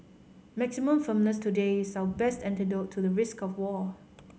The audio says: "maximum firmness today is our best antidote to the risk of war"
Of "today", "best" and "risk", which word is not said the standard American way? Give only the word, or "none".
none